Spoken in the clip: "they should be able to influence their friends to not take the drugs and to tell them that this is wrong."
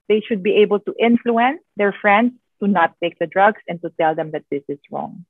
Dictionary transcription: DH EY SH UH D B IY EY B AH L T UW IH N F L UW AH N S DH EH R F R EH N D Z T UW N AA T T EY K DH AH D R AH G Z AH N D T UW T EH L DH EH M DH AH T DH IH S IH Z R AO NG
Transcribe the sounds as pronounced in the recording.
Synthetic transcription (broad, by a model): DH EY SH UH D B IY EY B AH L T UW IH N F L UW AH N S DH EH R F R EH N D S T UW N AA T T EY K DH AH D R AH G S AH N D T UW T EH L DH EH M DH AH T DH IH S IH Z R AO NG